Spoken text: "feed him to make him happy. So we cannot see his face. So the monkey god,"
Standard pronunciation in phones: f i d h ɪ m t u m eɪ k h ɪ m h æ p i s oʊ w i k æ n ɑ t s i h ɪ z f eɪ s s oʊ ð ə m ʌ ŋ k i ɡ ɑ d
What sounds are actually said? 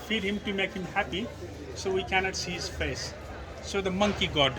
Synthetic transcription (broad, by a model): f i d h ɪ m t u m eɪ k h ɪ m h æ p i s oʊ w i k æ n ɑ t s i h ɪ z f eɪ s s oʊ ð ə m ʌ ŋ k i ɡ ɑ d